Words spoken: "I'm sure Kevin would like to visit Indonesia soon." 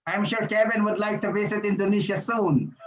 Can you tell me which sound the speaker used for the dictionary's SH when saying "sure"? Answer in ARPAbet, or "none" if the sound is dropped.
SH